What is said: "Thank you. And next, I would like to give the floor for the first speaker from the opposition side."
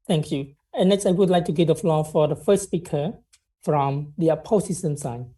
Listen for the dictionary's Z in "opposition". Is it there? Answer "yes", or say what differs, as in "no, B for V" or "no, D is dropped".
no, S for Z